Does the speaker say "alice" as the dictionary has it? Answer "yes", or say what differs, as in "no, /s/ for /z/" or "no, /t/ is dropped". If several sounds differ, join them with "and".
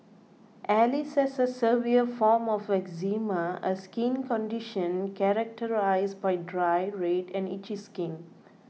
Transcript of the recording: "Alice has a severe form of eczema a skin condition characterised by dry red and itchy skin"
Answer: yes